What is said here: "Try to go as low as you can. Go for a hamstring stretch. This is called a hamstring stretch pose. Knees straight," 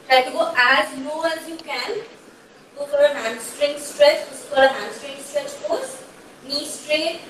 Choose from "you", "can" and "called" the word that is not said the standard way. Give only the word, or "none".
called